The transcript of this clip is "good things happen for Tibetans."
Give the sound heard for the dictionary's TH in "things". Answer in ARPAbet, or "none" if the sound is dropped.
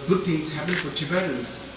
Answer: T